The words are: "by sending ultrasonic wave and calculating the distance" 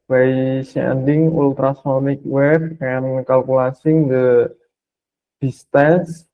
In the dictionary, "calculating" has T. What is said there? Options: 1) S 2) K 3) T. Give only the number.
1